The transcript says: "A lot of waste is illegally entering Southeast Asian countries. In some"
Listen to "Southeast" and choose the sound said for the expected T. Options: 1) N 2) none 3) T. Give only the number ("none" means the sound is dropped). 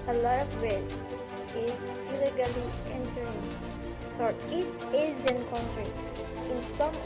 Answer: 2